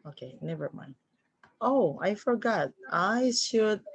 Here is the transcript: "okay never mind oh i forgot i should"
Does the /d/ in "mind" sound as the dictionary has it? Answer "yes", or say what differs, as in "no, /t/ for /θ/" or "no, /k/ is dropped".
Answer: no, /d/ is dropped